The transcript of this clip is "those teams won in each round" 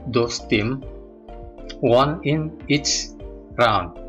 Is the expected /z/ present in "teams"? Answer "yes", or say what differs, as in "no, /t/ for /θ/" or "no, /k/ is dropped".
no, /z/ is dropped